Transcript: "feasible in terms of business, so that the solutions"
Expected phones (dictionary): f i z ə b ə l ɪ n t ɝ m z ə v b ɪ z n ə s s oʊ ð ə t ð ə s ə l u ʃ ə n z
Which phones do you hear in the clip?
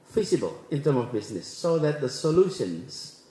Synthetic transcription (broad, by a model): f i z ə b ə l ɪ n t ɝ m ə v b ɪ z n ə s s oʊ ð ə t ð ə s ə l u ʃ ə n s